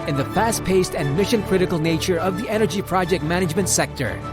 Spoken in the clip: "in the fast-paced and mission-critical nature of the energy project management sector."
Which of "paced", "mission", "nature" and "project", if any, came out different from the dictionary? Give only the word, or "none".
none